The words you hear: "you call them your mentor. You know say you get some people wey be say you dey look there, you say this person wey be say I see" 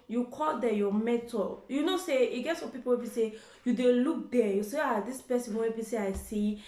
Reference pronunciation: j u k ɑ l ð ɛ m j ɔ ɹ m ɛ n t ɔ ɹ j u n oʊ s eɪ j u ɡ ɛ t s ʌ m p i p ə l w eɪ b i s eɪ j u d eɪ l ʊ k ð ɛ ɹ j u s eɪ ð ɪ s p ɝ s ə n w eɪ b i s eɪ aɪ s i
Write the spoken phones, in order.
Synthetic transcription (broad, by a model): j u k ɑ l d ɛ j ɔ m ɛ t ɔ l j u n oʊ s eɪ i ɡ ɛ t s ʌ p i p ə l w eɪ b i s eɪ j u d eɪ l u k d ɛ j u s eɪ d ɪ s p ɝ s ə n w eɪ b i s eɪ aɪ s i